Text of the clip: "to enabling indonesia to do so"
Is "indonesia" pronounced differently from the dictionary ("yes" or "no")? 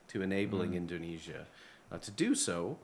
no